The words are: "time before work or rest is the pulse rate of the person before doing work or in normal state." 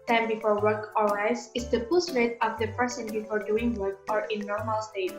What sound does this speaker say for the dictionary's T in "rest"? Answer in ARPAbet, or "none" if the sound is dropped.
none